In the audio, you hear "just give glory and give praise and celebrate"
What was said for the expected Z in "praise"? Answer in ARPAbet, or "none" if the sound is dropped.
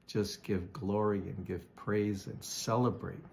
Z